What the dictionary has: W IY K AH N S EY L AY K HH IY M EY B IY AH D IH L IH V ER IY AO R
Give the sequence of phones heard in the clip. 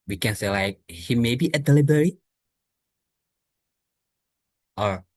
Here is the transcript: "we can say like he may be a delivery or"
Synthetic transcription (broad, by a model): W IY K AH N S EY L AY K HH IY M EY B IY AH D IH L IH B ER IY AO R